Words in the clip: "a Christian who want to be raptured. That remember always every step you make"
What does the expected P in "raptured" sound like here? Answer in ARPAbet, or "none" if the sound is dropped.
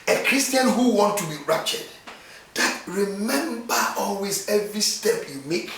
none